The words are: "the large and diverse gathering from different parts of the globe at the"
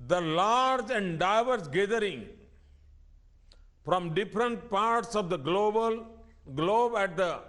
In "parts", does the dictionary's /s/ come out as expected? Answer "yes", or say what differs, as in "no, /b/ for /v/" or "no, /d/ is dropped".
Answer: yes